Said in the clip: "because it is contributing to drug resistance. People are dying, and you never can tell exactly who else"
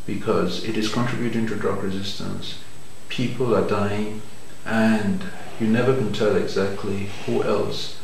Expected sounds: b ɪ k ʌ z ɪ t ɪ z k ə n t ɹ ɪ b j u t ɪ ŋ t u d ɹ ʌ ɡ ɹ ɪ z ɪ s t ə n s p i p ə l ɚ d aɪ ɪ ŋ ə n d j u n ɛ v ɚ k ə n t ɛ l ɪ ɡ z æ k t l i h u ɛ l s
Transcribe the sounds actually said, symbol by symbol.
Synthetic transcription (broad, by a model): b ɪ k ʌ z ɪ t ɪ z k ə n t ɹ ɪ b j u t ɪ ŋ t u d ɹ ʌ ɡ ɹ ɪ z ɪ s t ə n s p i p ə l ɚ d aɪ ɪ ŋ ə n j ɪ n ɛ v ɚ k ə n t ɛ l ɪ ɡ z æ k t l i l ɛ l s